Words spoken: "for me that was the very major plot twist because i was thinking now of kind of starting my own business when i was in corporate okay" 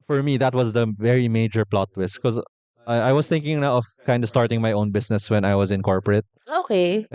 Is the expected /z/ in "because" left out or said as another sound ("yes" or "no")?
yes